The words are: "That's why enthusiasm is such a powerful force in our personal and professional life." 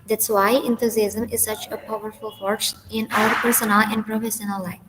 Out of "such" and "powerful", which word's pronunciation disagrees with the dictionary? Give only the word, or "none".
none